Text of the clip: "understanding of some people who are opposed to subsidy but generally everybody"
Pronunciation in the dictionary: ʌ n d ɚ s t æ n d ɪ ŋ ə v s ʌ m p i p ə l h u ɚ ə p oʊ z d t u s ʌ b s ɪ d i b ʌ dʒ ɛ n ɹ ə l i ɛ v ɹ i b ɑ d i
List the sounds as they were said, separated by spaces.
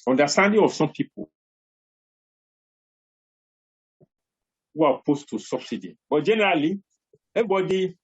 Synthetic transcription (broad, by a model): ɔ n d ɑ s t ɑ n d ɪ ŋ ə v s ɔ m p i p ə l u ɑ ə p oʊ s t u s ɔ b s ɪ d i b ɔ dʒ ɛ n ɹ ə l i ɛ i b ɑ d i